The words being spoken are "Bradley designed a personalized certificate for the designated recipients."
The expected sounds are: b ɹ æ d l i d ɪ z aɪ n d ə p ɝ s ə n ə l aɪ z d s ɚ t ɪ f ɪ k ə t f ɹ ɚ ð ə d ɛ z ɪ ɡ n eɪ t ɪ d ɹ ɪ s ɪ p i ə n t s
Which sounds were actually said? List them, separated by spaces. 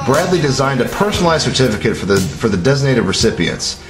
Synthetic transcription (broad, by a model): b ɹ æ d l i d ɪ z aɪ n d ə p ɝ s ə n l aɪ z s ɚ t ɪ f ɪ k ə t f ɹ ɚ ð ə d ɛ z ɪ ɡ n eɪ t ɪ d ɹ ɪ s ɪ p i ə n t s